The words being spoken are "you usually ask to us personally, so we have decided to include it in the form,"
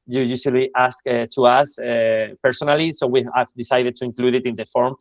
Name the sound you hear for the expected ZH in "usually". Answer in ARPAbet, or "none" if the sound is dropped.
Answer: S